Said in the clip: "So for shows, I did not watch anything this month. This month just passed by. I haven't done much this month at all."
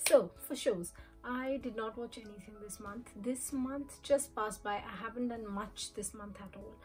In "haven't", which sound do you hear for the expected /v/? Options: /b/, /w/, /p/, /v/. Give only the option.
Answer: /v/